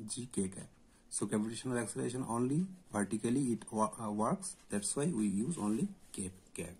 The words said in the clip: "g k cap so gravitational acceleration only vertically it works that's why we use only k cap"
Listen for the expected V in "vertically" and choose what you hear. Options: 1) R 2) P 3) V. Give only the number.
2